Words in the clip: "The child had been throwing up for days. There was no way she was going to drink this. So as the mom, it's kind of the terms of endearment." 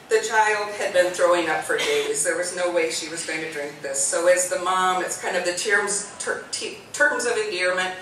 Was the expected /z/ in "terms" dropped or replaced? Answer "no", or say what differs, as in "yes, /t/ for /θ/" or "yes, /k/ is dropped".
no